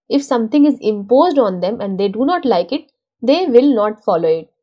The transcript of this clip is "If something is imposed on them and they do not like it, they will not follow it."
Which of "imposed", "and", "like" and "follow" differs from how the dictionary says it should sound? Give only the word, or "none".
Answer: none